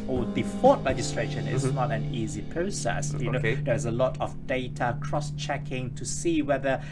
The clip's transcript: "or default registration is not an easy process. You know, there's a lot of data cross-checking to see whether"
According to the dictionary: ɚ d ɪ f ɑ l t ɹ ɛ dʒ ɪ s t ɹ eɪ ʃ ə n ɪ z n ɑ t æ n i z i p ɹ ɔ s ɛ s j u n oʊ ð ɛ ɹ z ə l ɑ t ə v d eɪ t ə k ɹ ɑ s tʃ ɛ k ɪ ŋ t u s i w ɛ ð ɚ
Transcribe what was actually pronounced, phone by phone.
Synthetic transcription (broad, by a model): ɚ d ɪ f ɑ t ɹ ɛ dʒ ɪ s t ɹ eɪ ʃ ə n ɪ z n ɑ t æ n i z i p ɹ ɔ s ɛ s j u n oʊ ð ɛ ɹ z ə l ɑ t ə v d eɪ t ə k ɹ ɑ s tʃ ɛ k ɪ ŋ t u s i w ɛ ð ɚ